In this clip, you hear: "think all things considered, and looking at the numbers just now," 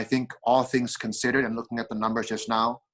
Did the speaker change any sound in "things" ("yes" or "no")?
no